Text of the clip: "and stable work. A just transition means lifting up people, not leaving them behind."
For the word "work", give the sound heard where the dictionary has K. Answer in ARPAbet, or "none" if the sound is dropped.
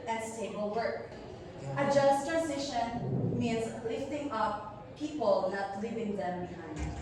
none